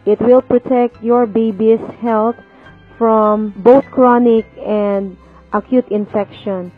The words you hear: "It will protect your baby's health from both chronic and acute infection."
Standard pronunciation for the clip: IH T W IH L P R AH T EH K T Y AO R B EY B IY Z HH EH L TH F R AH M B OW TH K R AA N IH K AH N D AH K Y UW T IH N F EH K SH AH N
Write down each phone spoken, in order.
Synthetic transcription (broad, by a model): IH T W IH L P R AH T EH K T Y AO R B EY B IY S HH EH L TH F R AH M B OW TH K R AA N IH K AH N D AH K Y UW T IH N F EH K SH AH N